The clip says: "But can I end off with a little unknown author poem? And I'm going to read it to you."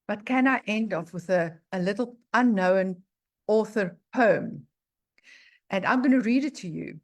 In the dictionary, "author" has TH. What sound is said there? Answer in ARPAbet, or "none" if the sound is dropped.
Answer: TH